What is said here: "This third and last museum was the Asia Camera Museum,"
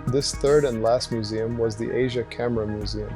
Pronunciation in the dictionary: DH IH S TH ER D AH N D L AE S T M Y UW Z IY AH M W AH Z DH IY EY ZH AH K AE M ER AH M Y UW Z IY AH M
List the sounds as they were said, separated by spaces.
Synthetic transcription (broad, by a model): DH IH S TH ER D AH N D L AE S T M Y UW Z IY AH M W AH Z DH IY EY ZH AH K AE M ER AH M Y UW Z IY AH M